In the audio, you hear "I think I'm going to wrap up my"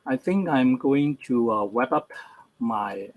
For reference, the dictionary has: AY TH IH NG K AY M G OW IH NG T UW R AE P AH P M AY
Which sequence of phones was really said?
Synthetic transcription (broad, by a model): AY TH IH NG K AY M G OW IH NG T UW W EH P AH P M AY